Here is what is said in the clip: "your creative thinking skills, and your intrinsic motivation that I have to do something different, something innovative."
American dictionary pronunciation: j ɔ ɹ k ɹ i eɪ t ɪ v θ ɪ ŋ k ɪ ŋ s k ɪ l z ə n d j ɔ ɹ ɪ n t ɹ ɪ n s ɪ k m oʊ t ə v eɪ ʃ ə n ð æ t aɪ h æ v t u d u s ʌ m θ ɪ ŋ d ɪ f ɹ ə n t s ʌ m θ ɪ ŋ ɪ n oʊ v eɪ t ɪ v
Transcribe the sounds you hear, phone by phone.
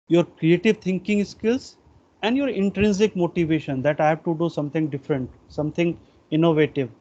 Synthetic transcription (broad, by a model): j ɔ ɹ k ɹ i eɪ t ɪ v t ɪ ŋ k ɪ ŋ s k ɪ l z ə n d j ɔ ɹ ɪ n t ɹ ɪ n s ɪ k m oʊ t ə v eɪ ʃ ə n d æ t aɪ h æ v t u d u s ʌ m t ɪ ŋ d ɪ f ɹ ə n t s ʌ m t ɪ ŋ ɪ n oʊ v eɪ t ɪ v